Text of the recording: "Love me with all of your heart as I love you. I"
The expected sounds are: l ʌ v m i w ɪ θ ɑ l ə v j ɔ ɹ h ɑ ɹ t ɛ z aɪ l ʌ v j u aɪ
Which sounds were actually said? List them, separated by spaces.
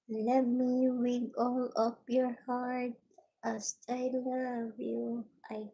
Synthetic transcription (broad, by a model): l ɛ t m i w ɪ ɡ ɑ l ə p j ɔ ɹ h ɑ ɹ t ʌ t aɪ l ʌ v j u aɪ